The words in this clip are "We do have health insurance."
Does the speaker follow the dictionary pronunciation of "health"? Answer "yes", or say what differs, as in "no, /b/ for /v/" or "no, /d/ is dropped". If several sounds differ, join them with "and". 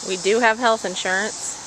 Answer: yes